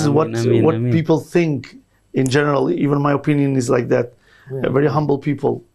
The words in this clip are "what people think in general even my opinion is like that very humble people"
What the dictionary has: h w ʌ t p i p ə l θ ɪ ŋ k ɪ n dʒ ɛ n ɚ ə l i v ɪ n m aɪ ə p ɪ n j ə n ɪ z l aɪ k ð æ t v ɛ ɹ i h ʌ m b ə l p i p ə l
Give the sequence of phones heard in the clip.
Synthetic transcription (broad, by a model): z w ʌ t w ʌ p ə l θ ɪ ŋ k ɪ n dʒ ɛ n ɚ ə l i v ɪ n m aɪ ə p ɪ n j ə n ɪ z l aɪ k ð æ t v ɛ ɹ i h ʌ m b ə l p i p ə l